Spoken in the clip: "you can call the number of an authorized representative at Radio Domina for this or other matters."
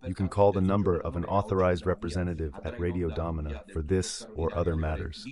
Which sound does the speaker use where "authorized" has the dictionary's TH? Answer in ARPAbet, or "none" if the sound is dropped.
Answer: TH